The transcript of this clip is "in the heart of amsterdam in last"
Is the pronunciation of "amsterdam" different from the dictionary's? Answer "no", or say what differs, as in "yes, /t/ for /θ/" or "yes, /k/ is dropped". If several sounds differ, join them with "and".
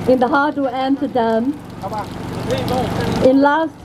yes, /s/ is dropped